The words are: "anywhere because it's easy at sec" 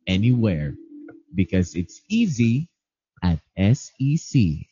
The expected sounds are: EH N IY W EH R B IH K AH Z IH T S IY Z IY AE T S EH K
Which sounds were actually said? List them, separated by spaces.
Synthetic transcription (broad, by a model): EH N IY W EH R B IH K AH Z IH T S IY Z IY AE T S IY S